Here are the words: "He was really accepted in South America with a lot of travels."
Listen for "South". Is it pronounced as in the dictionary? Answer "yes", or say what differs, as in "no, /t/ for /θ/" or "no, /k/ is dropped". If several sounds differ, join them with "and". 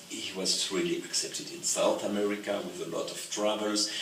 yes